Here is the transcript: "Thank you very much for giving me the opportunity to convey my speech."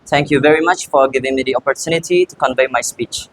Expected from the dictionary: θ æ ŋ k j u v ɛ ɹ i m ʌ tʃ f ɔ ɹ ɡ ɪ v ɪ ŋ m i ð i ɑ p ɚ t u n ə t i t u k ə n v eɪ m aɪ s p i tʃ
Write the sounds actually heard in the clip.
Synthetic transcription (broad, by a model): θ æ ŋ k j u v ɛ ɹ i m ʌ tʃ f ɔ ɹ ɡ ɪ v ɪ ŋ m i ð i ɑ p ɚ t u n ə t i t u k ə n v eɪ m aɪ s p i tʃ